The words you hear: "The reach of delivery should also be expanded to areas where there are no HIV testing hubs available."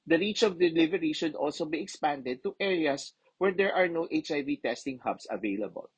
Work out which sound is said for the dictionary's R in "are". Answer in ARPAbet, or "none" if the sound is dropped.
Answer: R